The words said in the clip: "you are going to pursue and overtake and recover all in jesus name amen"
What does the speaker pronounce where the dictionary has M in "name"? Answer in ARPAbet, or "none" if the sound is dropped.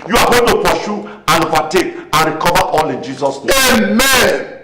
none